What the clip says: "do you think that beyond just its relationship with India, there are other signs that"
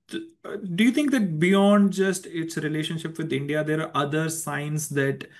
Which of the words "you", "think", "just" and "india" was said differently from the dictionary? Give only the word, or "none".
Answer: think